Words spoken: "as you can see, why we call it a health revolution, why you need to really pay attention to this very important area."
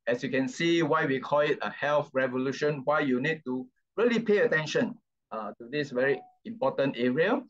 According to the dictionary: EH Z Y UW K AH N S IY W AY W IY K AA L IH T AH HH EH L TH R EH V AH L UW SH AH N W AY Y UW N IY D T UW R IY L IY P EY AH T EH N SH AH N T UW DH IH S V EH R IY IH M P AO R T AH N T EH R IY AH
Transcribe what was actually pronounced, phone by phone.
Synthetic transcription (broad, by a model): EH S Y UW K AH N S IY W AY W IY K AA L IH T AH HH EH L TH R EH V AH L UW SH AH N W AY Y UW N IY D T UW R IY L IY P EY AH T EH N SH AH N T UW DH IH S V EH R IY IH M P AO T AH N T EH R IY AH